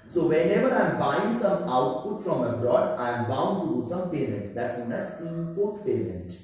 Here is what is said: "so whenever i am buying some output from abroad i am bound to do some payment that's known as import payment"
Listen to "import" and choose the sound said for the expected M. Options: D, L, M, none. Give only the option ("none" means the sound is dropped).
none